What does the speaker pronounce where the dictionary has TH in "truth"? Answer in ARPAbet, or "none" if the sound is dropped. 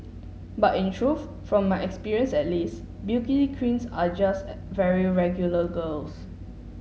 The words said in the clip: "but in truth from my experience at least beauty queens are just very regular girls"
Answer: F